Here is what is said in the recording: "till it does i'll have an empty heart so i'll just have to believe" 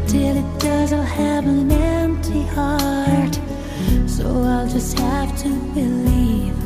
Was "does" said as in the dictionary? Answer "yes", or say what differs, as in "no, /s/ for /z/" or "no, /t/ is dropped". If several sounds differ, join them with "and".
yes